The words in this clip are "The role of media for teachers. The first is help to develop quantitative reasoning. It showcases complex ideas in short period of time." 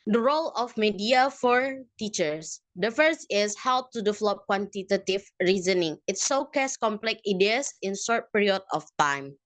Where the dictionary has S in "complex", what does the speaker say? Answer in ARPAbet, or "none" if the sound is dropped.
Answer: none